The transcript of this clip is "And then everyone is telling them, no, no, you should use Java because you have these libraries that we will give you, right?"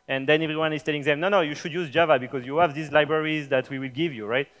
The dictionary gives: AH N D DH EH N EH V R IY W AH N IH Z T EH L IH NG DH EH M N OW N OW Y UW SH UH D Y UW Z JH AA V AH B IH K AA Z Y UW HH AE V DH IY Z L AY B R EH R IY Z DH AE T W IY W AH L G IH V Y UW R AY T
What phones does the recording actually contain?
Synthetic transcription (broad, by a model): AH N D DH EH N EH V R IY W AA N IH Z T EH L IH NG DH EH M N OW N OW Y UW SH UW D Y UW Z JH AA V AH B IH K AA Z Y UW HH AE V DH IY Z L AY B R EH R IY Z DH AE T W IY W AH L G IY V Y UW R AY T